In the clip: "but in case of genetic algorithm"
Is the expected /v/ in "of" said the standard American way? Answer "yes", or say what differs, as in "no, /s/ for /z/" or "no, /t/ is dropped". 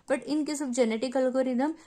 no, /b/ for /v/